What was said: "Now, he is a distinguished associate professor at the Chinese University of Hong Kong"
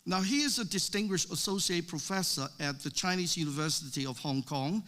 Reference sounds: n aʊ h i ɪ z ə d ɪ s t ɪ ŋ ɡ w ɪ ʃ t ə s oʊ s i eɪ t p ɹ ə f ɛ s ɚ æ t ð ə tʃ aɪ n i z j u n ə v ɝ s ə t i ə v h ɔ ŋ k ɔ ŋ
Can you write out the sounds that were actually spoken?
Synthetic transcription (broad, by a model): n aʊ h i ɪ z ə d ɪ s t ɪ ŋ ɡ w ɪ ʃ t ə s oʊ s i eɪ t p ɹ ə f ɛ s ɚ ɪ t ð ə tʃ aɪ n i z j u n ə v ɝ s ə t i ə v h ɔ ŋ k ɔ ŋ